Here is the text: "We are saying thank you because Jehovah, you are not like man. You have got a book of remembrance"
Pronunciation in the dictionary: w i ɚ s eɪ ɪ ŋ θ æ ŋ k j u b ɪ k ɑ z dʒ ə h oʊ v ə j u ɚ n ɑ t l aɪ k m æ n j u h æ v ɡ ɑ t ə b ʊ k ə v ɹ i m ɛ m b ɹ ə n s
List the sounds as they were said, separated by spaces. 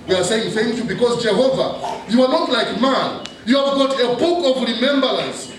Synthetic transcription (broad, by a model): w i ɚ s eɪ ɪ ŋ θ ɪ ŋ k j u b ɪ k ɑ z dʒ ə h oʊ v ə j u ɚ n ɑ t l aɪ k m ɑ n j u h æ v ɡ ɑ t ə b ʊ k ə v ɹ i m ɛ m b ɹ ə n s